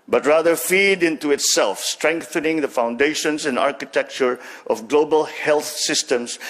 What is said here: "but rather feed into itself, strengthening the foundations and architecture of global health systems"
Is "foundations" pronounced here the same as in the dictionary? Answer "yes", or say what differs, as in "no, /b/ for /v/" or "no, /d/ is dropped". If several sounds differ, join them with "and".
no, /s/ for /z/